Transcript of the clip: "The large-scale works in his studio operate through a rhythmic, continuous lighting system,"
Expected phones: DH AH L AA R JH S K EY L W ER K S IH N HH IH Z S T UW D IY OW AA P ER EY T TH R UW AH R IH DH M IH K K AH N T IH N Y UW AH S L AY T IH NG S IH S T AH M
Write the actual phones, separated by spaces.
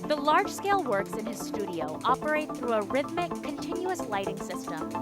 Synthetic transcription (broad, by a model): DH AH L AA R JH S K EY L W ER K S IH N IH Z S T UW D IY OW AA P ER EY T TH R UW AH R IH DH M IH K K AH N T IH N Y UW AH S L AY T IH NG S IH S T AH M